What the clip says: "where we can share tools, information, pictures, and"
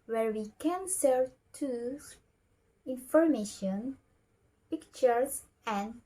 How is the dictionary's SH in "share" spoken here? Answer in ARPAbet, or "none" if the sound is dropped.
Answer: S